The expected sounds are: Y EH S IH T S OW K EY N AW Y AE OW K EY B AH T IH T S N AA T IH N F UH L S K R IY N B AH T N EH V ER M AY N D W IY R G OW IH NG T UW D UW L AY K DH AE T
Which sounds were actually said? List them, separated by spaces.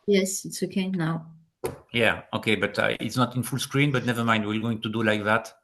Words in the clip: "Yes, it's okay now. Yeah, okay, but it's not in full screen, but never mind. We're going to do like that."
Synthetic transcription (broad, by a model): Y EH S IH T S OW K EY N AW Y AE OW K EY B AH T IH T S N AA T IH N F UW L S K R IY N B AH T N EH V ER M AY N D W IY L G OW IH NG T UW D UW L AY K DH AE T